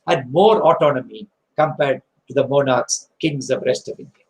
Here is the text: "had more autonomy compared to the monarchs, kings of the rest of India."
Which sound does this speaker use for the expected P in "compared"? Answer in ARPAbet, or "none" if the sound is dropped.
P